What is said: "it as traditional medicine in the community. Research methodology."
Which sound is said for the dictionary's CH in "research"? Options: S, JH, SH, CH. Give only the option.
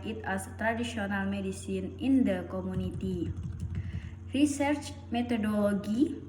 CH